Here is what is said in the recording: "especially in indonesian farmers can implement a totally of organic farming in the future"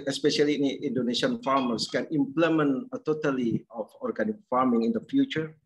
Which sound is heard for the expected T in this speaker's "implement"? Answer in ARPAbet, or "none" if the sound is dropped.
none